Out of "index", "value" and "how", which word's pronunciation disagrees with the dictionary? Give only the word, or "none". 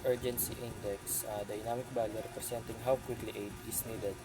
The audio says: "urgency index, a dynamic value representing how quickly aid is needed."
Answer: value